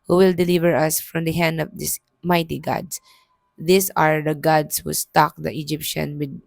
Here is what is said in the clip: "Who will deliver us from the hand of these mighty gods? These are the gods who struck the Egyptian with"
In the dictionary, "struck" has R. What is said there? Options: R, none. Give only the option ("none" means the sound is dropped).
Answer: none